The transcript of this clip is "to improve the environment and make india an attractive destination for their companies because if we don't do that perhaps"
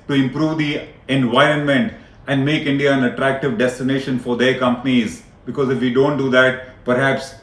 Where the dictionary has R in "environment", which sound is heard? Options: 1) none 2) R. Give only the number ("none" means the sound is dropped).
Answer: 2